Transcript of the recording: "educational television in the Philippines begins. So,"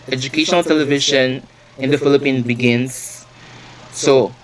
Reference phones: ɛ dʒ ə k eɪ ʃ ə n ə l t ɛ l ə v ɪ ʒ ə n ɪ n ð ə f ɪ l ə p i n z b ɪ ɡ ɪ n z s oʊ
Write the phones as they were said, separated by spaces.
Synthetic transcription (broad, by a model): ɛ dʒ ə k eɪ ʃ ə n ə l t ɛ l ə v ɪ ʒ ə n ɪ n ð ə f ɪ l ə p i n b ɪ ɡ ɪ n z s oʊ